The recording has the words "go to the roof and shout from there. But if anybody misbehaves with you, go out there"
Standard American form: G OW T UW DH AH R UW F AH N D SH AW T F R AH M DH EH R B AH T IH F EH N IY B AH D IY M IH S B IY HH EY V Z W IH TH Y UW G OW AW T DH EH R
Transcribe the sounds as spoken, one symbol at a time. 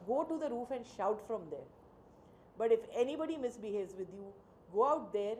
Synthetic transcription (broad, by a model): G OW T UW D AH R UW F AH N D SH AW T F R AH M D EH R B AH T IH F EH N IY B AH D IY M IH S B IY HH EY V Z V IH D Y UW G OW AW T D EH R